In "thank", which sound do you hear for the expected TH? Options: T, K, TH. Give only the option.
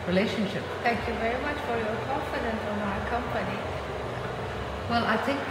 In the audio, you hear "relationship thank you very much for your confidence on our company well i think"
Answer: T